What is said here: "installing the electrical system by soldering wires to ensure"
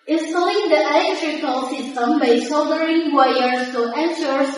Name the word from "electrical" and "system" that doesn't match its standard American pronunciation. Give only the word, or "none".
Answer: none